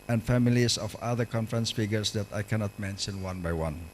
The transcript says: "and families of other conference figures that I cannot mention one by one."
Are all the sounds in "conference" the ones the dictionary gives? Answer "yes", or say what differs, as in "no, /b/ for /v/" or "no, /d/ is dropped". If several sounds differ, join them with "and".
yes